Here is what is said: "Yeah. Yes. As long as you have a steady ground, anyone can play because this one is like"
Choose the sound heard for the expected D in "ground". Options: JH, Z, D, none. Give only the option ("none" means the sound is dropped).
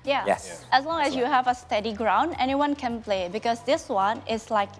D